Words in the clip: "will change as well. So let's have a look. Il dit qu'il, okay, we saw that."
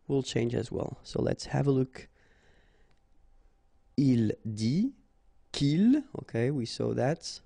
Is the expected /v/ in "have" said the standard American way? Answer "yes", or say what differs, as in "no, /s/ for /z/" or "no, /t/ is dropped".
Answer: yes